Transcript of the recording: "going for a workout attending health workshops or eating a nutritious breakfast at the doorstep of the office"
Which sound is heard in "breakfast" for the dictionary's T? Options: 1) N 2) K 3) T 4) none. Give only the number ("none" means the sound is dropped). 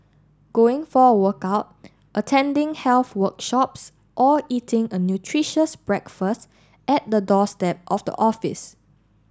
3